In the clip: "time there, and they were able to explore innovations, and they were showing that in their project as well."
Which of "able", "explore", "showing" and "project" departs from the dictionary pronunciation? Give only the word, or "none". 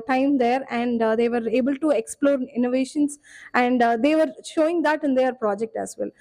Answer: none